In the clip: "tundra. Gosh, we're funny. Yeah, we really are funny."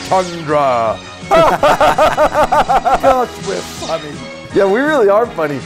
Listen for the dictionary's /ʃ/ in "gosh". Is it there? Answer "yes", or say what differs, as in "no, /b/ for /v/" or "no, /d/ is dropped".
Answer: no, /s/ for /ʃ/